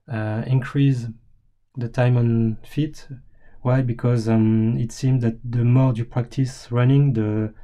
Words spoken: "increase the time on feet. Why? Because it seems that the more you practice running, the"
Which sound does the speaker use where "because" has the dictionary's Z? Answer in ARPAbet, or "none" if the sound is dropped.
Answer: Z